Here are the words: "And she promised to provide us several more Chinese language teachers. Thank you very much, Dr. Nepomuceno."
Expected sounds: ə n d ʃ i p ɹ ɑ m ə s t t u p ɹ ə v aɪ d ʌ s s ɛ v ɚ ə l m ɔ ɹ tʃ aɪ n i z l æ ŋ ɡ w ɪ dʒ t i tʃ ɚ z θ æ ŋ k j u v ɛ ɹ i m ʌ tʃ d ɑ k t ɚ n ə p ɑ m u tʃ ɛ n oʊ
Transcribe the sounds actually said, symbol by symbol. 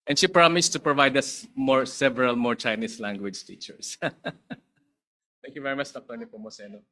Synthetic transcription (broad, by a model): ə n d ʃ i p ɹ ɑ m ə s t t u p ɹ ə v aɪ d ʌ s s ɛ v ɚ ə l m ɔ ɹ tʃ aɪ n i s l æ ŋ ɡ w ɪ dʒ t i tʃ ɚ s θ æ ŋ k j u v ɛ ɹ i m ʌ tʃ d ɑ k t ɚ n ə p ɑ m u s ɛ n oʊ